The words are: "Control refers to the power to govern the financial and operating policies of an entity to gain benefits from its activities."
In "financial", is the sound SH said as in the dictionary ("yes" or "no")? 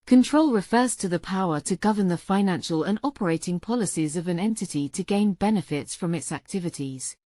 yes